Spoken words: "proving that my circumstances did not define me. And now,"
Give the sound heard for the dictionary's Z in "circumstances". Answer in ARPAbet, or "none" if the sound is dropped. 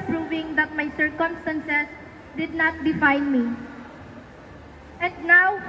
S